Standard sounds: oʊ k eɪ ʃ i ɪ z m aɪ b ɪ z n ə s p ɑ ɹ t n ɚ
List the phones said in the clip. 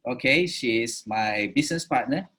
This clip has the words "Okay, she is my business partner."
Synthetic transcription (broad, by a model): oʊ k eɪ ʃ i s m aɪ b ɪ s n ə s p ɑ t n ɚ